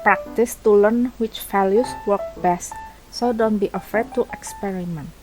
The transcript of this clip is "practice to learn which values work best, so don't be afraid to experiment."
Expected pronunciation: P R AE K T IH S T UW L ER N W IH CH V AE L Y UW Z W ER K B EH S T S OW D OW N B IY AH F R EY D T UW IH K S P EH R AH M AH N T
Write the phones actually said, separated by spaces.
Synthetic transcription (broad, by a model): P R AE K T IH S T UW L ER N W IH CH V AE L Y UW S W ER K B EH S T S OW D OW N B IY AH F EY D T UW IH K S P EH R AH M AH N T